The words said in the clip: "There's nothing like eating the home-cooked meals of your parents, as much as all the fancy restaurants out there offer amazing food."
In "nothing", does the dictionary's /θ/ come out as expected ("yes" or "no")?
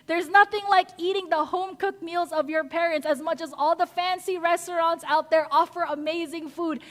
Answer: yes